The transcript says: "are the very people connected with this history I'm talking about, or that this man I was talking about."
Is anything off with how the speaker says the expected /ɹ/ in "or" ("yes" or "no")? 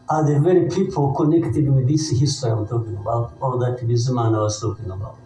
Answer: yes